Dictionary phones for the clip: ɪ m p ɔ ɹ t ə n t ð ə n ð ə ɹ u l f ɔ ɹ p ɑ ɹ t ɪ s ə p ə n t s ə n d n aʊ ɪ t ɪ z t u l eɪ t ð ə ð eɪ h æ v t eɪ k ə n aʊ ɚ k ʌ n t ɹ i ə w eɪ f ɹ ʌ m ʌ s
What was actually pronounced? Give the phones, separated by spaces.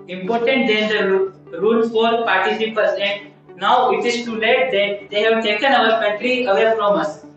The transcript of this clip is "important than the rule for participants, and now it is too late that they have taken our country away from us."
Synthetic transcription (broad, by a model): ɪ m p ɔ ɹ t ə n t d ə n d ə ɹ u l f ɔ ɹ p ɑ ɹ t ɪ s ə p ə t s ə n d n aʊ ɪ t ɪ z t u l eɪ t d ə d eɪ h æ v t eɪ k ə n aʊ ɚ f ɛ t ɹ i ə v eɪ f ɹ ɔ m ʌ s